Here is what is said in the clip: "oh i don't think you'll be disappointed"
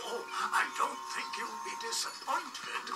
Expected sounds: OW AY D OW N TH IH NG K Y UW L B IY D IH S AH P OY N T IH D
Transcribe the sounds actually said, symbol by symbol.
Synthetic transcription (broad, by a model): OW AY D OW N TH IH NG K Y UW W B IY D IH S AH P OY N T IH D